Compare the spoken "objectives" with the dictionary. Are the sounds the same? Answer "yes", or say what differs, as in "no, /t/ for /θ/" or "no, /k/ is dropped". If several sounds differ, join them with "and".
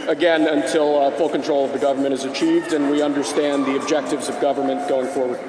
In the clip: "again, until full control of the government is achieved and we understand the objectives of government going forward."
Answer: yes